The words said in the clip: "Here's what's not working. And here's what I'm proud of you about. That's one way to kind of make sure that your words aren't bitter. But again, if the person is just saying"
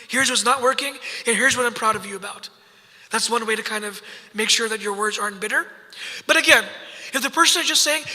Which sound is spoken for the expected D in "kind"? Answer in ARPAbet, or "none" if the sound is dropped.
D